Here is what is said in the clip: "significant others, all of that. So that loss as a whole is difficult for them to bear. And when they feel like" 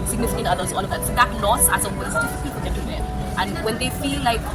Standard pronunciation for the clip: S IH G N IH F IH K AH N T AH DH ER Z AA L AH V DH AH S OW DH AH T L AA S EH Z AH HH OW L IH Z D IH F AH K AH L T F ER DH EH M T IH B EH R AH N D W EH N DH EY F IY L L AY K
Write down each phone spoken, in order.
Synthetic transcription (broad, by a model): S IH G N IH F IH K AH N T AH DH ER Z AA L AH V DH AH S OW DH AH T L AA S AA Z AH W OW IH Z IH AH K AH T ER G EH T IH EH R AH N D W EH N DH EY F IY L L AY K